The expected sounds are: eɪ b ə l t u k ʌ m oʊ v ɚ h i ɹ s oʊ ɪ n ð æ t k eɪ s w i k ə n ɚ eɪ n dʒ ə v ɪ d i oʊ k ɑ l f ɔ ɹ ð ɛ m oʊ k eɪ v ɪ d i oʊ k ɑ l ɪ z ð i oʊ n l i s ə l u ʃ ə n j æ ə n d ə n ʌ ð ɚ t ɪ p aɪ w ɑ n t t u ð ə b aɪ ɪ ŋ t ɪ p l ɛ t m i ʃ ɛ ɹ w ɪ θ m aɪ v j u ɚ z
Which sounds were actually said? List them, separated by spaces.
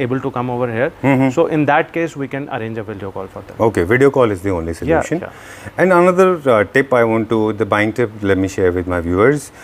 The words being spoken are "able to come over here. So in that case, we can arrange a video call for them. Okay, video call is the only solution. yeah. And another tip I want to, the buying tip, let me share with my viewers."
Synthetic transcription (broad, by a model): eɪ b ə l t u k ʌ m oʊ v ɚ h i ɹ s oʊ ɪ n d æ t k eɪ s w i k ə n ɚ eɪ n dʒ ə v ɪ d i oʊ k ɑ l f ɔ ɹ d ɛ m oʊ k eɪ v ɪ d i oʊ k ɑ l ɪ z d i oʊ n l i s ə l u ʃ ə n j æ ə n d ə n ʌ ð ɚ t ɪ p aɪ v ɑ n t t u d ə b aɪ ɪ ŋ t ɪ p l ɛ t m i ʃ ɛ ɹ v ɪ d m aɪ v j u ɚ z